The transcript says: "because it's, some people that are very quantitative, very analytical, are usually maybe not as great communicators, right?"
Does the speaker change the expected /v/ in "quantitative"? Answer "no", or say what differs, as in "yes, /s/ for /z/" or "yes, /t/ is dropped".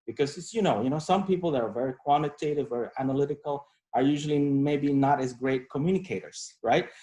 no